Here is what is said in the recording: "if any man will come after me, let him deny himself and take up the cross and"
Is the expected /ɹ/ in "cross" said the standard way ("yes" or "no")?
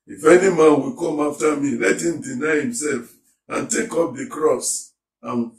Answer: yes